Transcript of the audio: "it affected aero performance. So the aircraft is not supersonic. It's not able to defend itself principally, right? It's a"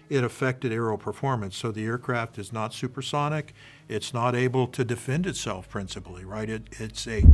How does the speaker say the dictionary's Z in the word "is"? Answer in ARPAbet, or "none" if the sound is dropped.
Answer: Z